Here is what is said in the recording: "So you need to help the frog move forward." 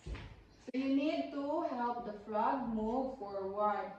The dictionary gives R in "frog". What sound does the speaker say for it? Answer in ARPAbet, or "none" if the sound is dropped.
L